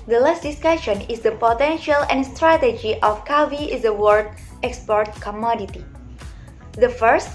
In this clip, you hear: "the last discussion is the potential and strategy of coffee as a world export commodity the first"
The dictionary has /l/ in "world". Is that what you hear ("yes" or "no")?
no